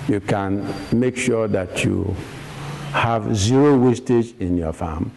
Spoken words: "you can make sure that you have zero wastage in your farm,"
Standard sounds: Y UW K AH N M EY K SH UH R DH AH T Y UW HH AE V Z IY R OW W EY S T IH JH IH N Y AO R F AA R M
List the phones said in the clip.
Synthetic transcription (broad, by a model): Y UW K AH N M EY K SH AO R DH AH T Y UW HH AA V Z IY R OW W EY S T IH JH IH N Y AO F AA M